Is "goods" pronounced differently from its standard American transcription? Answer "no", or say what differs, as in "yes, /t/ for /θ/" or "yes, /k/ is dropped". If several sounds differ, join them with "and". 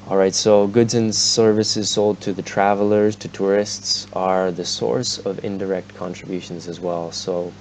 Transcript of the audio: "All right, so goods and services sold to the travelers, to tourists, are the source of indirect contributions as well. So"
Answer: no